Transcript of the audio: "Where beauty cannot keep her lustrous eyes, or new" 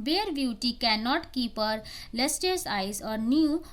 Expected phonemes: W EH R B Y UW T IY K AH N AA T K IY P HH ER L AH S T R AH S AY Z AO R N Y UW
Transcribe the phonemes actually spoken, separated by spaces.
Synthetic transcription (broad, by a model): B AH R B Y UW T IY K AH N AA T K IY P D L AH S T AH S AY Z AO R N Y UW